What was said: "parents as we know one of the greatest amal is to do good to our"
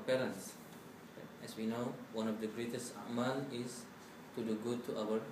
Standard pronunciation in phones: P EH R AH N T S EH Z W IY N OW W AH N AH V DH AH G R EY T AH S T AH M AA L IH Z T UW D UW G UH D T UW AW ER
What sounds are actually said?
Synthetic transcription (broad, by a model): P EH R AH N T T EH S W IY N OW W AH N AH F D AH G R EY T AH S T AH M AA N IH S T UW D UW G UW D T UW AW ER